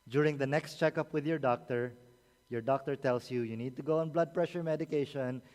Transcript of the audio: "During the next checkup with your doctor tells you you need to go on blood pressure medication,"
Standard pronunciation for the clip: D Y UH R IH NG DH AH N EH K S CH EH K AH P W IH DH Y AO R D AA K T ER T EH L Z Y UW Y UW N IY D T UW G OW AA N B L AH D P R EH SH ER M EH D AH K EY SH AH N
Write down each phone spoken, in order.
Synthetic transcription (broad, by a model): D Y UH R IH NG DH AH N EH K S CH EH K AH P W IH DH Y AO R D AA K T ER T EH L S Y UW Y UW N IY D T UW G OW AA N B L AH D P R EH SH ER M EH D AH K EY SH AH N